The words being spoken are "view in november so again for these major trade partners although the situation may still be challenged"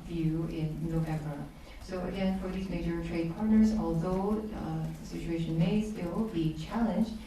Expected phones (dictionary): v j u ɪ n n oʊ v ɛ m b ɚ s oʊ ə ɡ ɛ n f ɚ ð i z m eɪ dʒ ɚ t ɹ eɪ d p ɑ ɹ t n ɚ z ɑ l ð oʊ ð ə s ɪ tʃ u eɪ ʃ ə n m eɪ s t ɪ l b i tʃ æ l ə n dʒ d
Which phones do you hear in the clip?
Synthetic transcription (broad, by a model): v j u ɪ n n oʊ v ɛ m b ɚ s oʊ ə ɡ ɛ n f ɚ ð i z m eɪ dʒ ɚ t ɹ eɪ d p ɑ ɹ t n ɚ z ɑ l ð oʊ ð ə s ɪ tʃ u eɪ ʃ ə n m eɪ s t ɪ l b i tʃ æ l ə n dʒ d